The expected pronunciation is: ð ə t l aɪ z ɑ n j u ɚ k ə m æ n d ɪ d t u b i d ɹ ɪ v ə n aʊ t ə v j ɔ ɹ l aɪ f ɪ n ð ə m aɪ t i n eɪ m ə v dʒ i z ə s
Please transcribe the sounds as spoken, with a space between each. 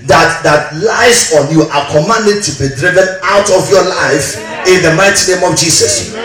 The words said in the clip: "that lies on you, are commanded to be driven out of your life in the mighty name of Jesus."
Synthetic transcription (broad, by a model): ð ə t l aɪ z ɑ n j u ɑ k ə m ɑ n d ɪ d t u b i d ɹ ɪ v ə n aʊ t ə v j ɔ l aɪ f ɪ n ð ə m aɪ t i n eɪ m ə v dʒ i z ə s